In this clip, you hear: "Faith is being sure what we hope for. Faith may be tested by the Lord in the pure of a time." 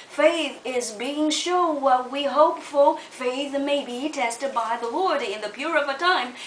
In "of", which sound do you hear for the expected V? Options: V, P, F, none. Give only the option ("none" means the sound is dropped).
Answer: V